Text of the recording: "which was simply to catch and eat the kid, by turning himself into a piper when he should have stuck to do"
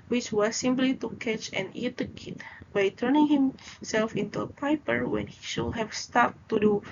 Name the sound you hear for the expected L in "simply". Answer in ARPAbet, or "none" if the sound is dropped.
L